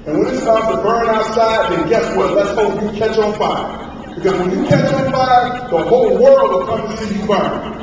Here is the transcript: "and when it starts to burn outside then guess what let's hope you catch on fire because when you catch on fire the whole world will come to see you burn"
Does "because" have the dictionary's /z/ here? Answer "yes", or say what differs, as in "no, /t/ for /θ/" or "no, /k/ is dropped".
yes